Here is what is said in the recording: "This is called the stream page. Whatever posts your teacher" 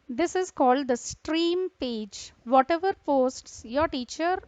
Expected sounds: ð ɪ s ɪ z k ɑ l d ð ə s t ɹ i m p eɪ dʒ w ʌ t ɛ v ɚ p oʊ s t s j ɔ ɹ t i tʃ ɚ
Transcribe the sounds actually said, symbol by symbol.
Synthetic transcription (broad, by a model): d ɪ s ɪ z k ɑ l d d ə s t ɹ i m p eɪ dʒ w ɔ t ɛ v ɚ p oʊ s t s j ɔ ɹ t i tʃ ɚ